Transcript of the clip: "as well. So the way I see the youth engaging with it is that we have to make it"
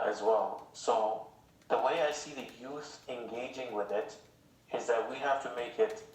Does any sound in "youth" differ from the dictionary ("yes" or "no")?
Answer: no